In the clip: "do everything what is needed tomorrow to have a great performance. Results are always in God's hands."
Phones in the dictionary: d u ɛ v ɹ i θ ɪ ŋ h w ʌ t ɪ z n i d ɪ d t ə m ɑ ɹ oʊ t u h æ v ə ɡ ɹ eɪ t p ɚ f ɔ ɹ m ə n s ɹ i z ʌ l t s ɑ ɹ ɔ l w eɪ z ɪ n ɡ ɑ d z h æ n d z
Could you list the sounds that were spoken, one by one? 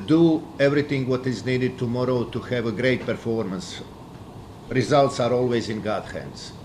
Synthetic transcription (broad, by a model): d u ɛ v ɹ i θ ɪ ŋ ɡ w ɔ t ɪ z n i d ɪ d t ə m ɑ ɹ oʊ t u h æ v ə ɡ ɹ eɪ t p ɚ f ɔ ɹ m ə n s ɹ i z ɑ l t s ɑ ɹ ɔ l w eɪ z ɪ n ɡ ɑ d h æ n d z